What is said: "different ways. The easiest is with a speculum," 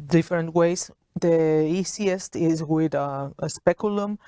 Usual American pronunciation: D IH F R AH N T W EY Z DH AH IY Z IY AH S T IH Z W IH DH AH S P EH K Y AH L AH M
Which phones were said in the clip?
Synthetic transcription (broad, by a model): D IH F R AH N T W EY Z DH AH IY S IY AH S T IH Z W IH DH AH S P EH K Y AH L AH M